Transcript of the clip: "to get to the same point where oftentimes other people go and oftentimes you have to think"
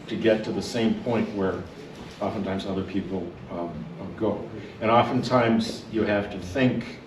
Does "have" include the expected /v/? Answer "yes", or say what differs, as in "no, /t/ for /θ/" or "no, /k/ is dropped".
no, /f/ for /v/